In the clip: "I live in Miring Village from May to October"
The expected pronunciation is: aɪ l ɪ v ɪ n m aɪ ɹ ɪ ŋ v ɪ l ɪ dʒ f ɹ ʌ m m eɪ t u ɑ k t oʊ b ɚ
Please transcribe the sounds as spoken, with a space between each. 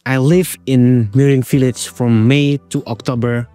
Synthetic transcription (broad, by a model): aɪ l ɪ v ɪ n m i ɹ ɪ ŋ f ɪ l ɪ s f ɹ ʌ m m eɪ t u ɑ k t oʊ b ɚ